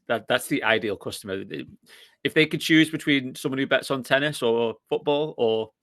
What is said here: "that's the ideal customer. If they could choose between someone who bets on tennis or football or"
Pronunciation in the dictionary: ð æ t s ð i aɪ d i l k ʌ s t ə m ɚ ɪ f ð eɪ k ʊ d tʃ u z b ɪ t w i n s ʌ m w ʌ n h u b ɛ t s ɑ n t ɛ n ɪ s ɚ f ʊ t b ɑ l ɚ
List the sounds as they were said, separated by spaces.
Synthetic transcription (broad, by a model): ð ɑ t s ð i aɪ d i l k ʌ s t ə m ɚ ɪ f ð eɪ k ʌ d tʃ u z b ɪ t w i n s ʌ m w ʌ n h u b ɛ t s n t ɛ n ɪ s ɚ f ʊ t b ɑ l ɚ